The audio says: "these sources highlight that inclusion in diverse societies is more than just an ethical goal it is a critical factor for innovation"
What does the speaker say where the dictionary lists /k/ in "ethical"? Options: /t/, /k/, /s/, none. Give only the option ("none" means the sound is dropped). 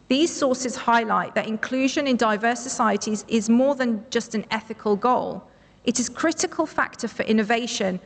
/k/